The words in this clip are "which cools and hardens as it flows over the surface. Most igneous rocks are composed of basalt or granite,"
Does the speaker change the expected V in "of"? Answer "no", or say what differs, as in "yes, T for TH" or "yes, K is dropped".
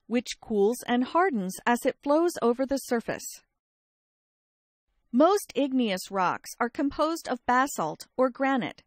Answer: no